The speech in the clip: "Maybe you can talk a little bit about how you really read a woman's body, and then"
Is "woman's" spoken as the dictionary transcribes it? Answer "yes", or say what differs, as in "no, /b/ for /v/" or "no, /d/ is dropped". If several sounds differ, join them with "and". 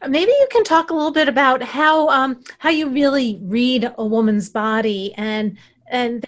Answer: yes